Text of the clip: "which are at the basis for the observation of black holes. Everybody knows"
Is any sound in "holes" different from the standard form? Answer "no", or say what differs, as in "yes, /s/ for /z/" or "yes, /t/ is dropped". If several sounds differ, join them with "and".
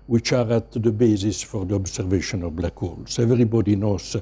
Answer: yes, /s/ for /z/